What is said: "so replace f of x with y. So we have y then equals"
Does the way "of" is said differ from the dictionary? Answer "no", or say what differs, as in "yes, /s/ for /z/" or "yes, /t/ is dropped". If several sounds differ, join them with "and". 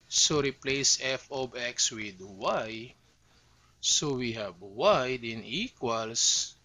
yes, /b/ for /v/